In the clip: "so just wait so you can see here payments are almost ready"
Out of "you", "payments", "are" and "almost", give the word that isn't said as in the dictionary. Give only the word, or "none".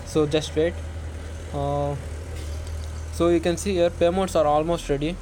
payments